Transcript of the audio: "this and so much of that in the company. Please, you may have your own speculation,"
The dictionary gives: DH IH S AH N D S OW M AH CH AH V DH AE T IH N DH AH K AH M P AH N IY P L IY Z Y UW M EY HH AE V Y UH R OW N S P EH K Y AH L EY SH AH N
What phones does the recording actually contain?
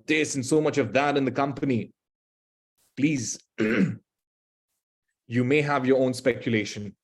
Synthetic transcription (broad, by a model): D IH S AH N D S OW M AH CH AH V DH AE T IH N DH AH K AH M P AH N IY P L IY Z Y UW M EY HH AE V Y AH R OW N S P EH K Y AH L EY SH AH N